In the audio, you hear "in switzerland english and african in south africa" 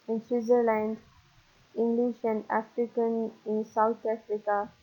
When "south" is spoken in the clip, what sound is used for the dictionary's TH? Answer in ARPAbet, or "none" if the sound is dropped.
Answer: T